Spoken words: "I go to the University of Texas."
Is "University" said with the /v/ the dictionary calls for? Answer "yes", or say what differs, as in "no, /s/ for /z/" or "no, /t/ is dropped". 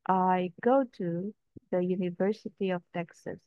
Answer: yes